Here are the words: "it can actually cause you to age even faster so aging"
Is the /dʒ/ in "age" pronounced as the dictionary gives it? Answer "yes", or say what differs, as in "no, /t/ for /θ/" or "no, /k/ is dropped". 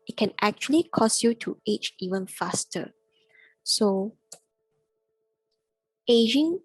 no, /tʃ/ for /dʒ/